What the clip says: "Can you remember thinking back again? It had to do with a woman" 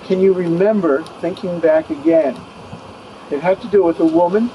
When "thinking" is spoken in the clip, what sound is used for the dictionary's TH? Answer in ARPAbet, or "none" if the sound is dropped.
TH